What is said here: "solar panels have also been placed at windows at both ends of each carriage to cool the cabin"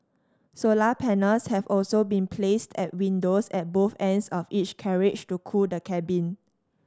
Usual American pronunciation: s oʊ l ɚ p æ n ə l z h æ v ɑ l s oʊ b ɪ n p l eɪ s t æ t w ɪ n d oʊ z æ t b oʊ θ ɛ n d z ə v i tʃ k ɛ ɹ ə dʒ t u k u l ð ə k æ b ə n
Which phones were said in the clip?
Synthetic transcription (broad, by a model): s oʊ l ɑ p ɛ n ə l s h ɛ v ɑ l s oʊ b ɪ n p l eɪ s t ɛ t w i n d oʊ s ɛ t b oʊ θ ɛ n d s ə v i tʃ k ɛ ɹ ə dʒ t u k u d ə k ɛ b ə n